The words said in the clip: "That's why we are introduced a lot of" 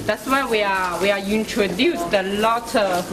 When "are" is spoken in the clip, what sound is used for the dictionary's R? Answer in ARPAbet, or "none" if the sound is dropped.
W